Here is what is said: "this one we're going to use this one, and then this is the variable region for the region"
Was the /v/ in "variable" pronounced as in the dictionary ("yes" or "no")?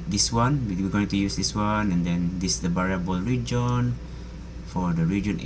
no